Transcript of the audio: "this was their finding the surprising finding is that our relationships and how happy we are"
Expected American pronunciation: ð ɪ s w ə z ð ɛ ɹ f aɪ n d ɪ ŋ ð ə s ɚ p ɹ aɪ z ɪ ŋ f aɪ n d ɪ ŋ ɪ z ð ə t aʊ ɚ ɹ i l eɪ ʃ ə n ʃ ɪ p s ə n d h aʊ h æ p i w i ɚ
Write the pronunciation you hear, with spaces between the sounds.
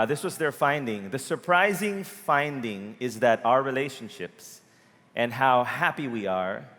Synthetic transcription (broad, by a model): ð ɪ s w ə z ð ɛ ɹ f aɪ n d ɪ ŋ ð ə s ɚ p ɹ aɪ z ɪ ŋ f aɪ n d ɪ ŋ ɪ z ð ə t aʊ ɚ ɹ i l eɪ ʃ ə n ʃ ɪ p s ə n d h aʊ h æ p i w i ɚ